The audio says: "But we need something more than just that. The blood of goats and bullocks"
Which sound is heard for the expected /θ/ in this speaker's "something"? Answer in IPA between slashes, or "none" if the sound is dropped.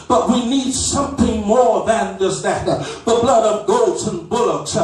/θ/